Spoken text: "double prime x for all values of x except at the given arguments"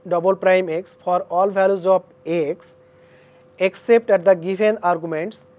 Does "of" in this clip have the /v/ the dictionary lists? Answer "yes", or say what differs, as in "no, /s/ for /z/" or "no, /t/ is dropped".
no, /b/ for /v/